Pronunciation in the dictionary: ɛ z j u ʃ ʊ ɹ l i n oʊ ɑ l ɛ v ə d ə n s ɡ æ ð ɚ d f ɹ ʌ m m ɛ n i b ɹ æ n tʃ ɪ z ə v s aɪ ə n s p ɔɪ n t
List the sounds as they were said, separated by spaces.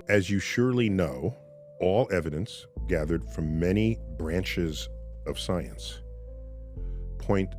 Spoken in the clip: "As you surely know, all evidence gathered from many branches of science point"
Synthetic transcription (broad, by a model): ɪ z j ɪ ʃ ʊ ɹ l i n oʊ ɑ l ɛ v ə d ə n s ɡ æ ð ɚ d f ɹ ʌ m m ɛ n i b ɹ æ n tʃ ɪ z ə v s aɪ ə n s p ɔɪ n t